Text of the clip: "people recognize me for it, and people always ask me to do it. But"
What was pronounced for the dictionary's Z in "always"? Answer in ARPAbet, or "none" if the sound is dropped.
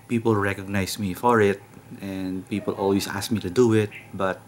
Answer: S